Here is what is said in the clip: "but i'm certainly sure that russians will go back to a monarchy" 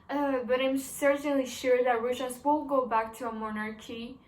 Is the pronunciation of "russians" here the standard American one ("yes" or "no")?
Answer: no